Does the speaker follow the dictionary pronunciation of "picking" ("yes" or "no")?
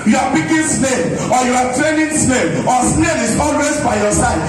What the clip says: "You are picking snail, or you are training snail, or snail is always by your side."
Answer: no